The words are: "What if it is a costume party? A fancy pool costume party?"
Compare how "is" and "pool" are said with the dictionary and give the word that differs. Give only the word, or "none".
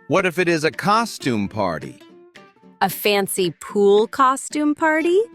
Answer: none